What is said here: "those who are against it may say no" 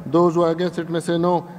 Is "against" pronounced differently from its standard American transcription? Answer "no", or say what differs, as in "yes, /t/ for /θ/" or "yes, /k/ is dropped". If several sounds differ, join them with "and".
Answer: yes, /n/ is dropped and /t/ is dropped